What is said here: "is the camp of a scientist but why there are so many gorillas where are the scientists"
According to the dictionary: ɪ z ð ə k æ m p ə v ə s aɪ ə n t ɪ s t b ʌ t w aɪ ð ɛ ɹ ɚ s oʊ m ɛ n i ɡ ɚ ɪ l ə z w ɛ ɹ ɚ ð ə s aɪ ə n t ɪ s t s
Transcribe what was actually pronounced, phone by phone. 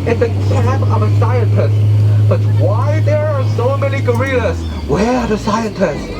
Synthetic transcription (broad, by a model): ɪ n ð ə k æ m ə v ə s aɪ ə n t ɪ s t b ʌ t w aɪ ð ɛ ɹ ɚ s oʊ m ɛ n i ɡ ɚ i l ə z w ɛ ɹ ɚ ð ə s aɪ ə n t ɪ s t